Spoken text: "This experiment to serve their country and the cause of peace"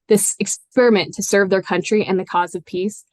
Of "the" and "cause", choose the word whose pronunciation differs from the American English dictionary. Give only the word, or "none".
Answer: none